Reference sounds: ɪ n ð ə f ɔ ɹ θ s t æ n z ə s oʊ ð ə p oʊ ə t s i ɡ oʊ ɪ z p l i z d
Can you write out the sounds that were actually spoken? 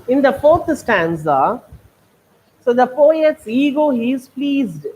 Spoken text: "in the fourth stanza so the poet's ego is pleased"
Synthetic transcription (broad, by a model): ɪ n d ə f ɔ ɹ t s t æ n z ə s oʊ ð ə f oʊ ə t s i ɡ oʊ ɪ z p l i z d